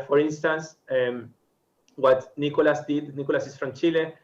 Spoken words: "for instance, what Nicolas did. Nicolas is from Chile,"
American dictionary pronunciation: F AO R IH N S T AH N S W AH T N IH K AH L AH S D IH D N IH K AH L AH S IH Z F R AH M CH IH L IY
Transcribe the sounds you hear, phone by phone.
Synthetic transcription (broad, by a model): F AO R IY N S T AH N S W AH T N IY K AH L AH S D IH D N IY K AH L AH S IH S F R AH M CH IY L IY